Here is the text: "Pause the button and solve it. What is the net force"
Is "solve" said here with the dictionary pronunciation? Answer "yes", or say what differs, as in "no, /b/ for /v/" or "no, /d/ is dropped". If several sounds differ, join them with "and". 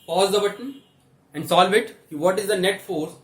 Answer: yes